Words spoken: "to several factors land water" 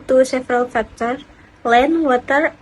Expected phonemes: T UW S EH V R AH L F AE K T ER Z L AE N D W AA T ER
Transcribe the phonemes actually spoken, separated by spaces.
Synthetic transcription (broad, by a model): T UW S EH F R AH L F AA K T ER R L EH N W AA T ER